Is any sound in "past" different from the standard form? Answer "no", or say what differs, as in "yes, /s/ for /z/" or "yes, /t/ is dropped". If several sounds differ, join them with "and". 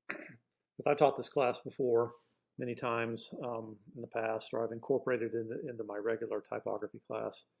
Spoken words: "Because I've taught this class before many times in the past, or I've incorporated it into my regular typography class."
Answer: no